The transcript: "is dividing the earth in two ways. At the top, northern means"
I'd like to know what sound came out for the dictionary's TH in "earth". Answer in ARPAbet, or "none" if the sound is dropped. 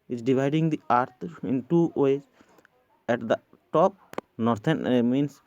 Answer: T